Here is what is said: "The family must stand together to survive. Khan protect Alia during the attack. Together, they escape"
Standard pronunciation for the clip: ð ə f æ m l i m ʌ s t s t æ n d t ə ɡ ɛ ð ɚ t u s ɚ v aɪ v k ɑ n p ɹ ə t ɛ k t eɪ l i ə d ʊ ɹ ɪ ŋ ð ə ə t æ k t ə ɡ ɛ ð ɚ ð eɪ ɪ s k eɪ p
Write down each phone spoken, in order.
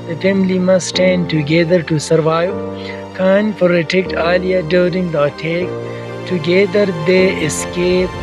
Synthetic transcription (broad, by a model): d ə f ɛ m l i m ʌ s s t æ n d t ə ɡ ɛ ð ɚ t u s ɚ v aɪ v k ɑ n f ɹ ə t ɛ k t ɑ l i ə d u ɹ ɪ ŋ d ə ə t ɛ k t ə ɡ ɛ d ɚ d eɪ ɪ s k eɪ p